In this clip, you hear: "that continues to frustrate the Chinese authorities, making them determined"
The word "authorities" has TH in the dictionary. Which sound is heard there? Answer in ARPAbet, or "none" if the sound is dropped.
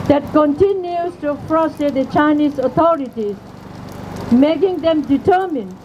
T